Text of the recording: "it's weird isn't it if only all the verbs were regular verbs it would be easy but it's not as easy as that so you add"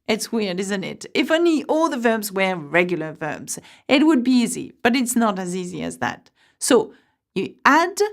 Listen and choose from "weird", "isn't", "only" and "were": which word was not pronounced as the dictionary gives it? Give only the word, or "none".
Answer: none